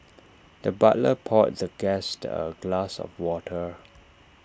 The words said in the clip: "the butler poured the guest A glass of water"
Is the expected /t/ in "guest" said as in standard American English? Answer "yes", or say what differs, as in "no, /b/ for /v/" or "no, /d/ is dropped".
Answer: yes